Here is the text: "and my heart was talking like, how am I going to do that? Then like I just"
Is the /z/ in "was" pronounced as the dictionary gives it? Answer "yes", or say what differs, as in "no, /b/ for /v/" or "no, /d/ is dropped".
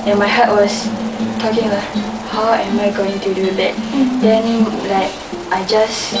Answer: no, /s/ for /z/